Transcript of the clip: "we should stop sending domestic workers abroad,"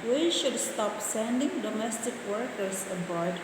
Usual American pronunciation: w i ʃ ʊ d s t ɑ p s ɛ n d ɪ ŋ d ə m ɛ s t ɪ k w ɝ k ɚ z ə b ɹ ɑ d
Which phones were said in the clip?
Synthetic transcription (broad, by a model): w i ʃ ʊ d s t ɑ p s ɛ n d ɪ ŋ d ə m ɛ s t ɪ k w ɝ k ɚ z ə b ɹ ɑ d